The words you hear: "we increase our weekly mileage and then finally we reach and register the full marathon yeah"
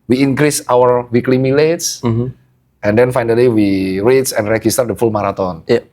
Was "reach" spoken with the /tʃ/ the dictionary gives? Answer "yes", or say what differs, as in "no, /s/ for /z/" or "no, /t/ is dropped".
no, /s/ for /tʃ/